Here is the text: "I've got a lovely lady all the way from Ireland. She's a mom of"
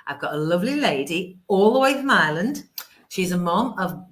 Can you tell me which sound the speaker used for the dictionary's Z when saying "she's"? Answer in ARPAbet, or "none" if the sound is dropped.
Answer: Z